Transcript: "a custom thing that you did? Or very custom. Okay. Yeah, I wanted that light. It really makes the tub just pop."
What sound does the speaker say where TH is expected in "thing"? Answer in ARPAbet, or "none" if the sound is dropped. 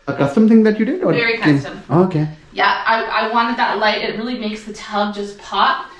TH